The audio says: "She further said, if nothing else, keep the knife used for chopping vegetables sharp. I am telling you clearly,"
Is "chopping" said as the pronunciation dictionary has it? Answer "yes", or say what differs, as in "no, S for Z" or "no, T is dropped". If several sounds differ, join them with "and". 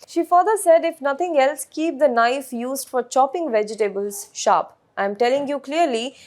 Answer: yes